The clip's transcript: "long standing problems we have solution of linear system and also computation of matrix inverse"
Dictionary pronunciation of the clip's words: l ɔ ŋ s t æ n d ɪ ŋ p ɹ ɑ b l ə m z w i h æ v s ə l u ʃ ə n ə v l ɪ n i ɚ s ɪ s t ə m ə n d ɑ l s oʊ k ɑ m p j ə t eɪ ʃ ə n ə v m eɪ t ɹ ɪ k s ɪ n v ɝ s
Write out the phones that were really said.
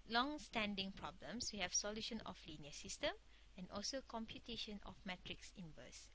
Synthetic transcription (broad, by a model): l ɔ ŋ s t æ n d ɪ ŋ p ɹ ɑ b l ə m s w i h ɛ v s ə l u ʃ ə n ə f l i n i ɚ s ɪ s t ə m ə n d ɑ l s oʊ k ɑ m p j ə t eɪ ʃ ə n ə f m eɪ t ɹ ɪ k s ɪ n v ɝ s